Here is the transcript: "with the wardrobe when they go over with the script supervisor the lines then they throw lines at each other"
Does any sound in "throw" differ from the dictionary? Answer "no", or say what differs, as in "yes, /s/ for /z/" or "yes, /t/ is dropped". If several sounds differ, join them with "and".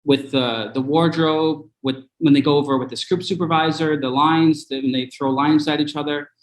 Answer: no